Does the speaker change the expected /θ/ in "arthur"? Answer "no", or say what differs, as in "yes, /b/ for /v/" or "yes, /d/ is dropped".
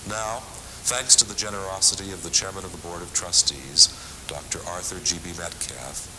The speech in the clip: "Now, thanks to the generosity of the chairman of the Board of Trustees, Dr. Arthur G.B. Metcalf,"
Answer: no